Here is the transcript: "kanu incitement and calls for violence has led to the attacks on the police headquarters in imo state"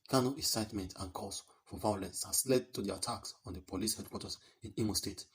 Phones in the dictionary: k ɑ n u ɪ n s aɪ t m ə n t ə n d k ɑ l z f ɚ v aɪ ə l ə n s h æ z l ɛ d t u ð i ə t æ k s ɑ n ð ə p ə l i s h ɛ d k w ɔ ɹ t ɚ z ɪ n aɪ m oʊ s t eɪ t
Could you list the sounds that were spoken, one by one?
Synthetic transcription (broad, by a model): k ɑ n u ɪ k s aɪ t m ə n t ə n k ɑ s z f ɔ v aɪ ə l ə n s h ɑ s l ɛ d t u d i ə t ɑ k s ɑ n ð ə p ə l i s h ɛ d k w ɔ t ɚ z ɪ n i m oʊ s t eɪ t